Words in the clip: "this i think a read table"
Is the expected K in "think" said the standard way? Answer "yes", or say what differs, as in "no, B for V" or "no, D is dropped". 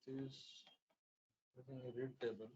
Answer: no, K is dropped